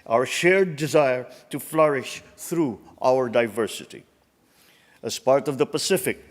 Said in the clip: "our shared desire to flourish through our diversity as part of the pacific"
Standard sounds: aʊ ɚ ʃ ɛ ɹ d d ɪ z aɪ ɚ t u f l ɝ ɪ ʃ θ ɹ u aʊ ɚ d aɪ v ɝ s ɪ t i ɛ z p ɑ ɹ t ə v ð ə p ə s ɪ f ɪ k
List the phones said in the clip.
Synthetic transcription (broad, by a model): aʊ ɚ ʃ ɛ ɹ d d ɪ z aɪ ɚ t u f l ɝ ɪ ʃ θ ɹ u aʊ ɚ d aɪ v ɝ s ɪ t i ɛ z p ɑ ɹ t ə v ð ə p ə s ɪ f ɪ k